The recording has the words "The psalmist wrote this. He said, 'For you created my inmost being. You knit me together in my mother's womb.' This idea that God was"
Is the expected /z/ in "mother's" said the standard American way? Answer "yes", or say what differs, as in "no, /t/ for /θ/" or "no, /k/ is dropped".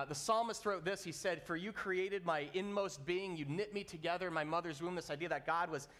yes